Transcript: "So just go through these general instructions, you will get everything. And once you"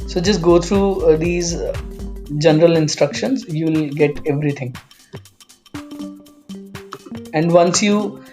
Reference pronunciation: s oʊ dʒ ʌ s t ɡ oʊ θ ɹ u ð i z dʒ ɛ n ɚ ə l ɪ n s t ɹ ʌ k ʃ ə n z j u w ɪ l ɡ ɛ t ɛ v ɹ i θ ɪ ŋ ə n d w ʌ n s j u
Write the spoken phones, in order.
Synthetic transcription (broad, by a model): s oʊ dʒ ʌ s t ɡ oʊ t ɹ u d i z dʒ ɛ n ɚ ə l ɪ n s t ɹ ʌ k ʃ ə n z j u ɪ l ɡ ɛ t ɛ v ɹ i t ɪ ŋ ə n d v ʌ n s j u